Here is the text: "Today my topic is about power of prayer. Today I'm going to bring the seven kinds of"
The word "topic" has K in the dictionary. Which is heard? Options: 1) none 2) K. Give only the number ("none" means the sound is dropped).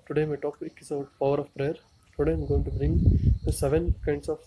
1